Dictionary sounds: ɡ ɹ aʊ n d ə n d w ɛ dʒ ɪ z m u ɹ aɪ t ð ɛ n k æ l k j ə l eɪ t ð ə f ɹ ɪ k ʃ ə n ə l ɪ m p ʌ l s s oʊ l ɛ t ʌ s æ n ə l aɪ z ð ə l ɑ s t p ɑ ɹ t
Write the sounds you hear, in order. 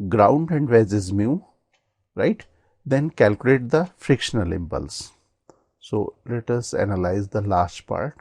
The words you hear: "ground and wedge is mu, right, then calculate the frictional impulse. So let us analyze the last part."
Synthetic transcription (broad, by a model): ɡ ɹ aʊ n d ə n d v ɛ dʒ ɪ z m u ɹ aɪ t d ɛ n k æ l k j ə l eɪ t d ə f ɹ ɪ k ʃ ə n ə l ɪ m p ʌ l s s oʊ l ɛ t ʌ s æ n ə l aɪ z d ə l ɑ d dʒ p ɑ ɹ t